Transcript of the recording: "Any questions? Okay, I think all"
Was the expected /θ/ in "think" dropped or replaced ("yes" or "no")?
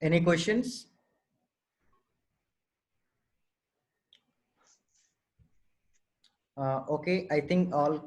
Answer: yes